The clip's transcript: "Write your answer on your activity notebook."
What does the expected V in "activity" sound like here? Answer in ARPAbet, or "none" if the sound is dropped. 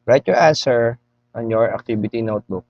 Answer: B